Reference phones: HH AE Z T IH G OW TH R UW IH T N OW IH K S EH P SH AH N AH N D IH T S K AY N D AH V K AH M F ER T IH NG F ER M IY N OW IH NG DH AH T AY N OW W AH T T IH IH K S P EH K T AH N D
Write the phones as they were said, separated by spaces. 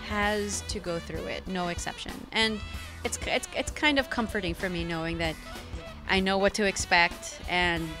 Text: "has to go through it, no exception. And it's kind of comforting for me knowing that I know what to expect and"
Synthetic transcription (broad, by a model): HH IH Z T IH G OW TH R UW IH T N OW IH K S EH P SH AH N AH N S IH T S K AY N D AH V K AH M F ER T IH NG F ER M IY N OW IH NG DH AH T AY N OW W AH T T IH IH K S P EH K T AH N